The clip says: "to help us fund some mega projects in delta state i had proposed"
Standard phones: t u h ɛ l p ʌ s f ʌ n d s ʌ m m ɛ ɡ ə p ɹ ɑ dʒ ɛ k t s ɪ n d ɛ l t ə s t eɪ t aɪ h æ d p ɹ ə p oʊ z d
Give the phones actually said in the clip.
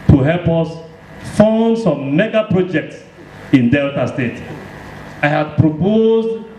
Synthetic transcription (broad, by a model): t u h ɛ l p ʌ s f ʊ n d s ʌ m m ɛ ɡ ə p ɹ ɑ dʒ ɛ k t s ɪ n d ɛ l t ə s t eɪ t aɪ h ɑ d p ɹ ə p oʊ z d